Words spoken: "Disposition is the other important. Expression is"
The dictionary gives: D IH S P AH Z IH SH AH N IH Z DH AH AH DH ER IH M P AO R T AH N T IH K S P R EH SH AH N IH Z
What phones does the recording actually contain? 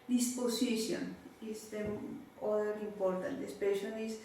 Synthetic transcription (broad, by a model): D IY S P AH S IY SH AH N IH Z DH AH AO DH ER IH M P AO R T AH N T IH S P EH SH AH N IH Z